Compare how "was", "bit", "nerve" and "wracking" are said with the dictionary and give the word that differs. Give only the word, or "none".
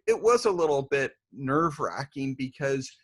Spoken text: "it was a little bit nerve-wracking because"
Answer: none